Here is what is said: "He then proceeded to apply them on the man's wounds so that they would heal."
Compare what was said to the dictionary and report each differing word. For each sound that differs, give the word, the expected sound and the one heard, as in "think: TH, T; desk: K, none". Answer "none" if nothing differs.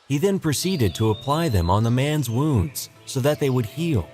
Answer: none